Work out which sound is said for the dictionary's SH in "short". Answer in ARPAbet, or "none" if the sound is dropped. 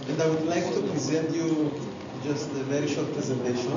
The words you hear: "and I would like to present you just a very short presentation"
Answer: SH